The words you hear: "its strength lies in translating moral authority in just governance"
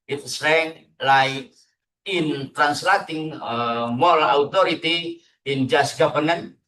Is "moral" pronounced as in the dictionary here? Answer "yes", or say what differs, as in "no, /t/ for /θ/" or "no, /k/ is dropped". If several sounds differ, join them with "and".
no, /l/ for /ɹ/